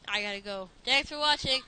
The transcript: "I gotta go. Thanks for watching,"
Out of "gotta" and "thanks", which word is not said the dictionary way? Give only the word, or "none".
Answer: thanks